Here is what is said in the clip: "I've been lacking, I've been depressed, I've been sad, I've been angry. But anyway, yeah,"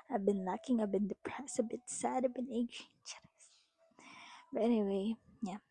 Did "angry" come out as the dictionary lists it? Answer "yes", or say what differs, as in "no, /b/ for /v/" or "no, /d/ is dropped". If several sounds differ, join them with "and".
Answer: no, /ŋ/ is dropped